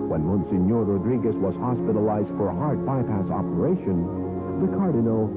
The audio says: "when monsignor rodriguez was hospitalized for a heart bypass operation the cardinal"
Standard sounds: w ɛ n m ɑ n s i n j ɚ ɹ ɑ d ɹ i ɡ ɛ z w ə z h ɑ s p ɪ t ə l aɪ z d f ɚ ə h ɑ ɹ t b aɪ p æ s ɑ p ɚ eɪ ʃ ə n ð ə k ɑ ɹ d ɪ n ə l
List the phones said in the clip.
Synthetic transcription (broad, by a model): w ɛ n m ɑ n s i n j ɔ ɹ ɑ d ɹ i ɡ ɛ s w ə z h ɑ s p ɪ t ə l aɪ z d f ɚ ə h ɑ ɹ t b aɪ p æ s ɑ p ɚ eɪ ʃ ə n ð ə k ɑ ɹ d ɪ n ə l